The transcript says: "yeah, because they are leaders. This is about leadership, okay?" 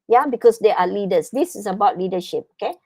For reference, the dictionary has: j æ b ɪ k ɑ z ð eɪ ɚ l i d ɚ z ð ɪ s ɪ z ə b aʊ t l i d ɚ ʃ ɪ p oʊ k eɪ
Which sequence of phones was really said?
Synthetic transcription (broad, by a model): j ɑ b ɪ k ɑ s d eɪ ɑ l i d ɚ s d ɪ s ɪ s ə b aʊ t l i d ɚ ʃ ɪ p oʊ k eɪ